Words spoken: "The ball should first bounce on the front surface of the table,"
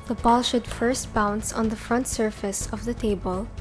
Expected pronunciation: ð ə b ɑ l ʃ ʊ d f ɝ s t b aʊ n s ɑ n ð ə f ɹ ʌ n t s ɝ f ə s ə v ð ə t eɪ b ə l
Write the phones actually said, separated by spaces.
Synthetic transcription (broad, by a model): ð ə b ɑ l ʃ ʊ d f ɝ s t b aʊ n s ɑ n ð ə f ɹ ʌ n t s ɝ f ə s ə v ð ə t eɪ b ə l